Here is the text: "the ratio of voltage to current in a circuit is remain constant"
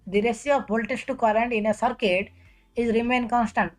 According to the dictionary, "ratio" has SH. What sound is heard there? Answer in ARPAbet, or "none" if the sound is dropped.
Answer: S